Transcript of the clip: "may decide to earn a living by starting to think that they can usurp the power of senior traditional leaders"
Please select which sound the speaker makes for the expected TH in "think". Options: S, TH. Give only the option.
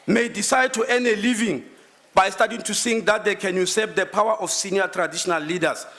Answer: S